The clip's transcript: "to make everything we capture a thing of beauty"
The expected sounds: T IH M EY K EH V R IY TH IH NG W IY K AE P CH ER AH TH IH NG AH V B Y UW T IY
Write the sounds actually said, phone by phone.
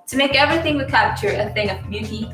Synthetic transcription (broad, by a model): T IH M EY K EH V R IY TH IH NG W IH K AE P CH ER AH TH IH NG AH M Y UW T IY